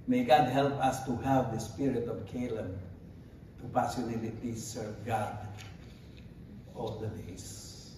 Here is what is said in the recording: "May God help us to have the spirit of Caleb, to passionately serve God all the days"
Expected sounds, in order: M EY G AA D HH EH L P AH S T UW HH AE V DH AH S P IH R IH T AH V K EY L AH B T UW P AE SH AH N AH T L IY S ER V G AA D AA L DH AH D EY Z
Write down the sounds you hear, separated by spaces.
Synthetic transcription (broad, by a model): M EY G AA D HH EH L P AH S T UW HH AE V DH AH S P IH R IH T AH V K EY L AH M T UW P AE S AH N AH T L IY S ER V G AA D AA L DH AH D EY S